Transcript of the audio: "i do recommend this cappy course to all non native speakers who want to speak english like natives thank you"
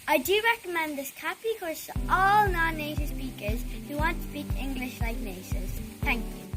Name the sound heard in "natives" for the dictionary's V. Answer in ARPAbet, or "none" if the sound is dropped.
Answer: none